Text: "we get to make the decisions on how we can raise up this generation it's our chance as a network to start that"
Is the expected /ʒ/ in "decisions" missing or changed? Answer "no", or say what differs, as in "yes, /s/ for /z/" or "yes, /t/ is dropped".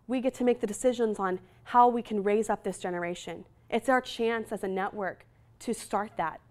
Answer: no